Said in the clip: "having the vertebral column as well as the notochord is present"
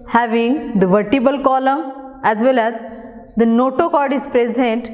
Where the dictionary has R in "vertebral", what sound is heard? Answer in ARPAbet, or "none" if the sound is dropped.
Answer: none